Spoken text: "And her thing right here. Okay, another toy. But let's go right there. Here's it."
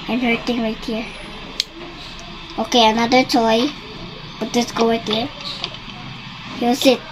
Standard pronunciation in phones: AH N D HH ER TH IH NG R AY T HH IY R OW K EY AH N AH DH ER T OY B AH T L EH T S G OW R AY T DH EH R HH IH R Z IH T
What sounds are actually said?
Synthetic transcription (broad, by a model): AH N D HH ER T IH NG R AY T HH IY R OW K EY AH N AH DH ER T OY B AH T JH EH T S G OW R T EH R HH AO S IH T